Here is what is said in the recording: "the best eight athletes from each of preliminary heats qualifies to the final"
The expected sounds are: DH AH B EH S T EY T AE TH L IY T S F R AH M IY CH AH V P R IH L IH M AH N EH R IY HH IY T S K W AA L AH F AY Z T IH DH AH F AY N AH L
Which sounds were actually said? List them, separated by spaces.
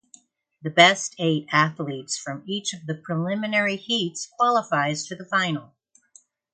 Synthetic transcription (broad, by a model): DH AH B EH S T EY T AE TH L IY T S F R AH M IY CH AH V P R IH L IH M AH N EH R IY HH IY T S K W AA L AH F AY Z T IH DH AH F AY N L